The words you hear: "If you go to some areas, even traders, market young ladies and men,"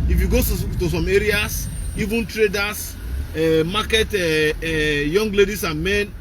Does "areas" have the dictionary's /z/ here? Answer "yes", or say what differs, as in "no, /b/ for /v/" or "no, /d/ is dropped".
no, /s/ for /z/